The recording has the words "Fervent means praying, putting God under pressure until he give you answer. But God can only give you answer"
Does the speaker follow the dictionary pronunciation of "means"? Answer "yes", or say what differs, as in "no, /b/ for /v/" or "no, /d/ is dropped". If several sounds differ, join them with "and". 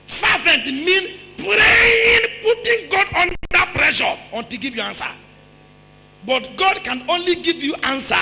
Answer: no, /z/ is dropped